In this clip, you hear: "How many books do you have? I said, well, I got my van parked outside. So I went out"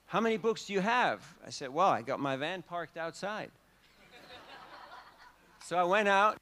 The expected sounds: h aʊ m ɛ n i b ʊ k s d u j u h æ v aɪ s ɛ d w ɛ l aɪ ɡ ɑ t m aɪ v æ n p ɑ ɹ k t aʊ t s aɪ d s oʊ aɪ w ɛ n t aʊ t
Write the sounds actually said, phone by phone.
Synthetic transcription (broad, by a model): h aʊ m ɛ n i b ʊ k s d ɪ j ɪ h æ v aɪ s ɛ d w ɛ l aɪ ɡ ɑ t m aɪ v æ n p ɑ ɹ k t aʊ t s aɪ d s oʊ aɪ w ɛ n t aʊ t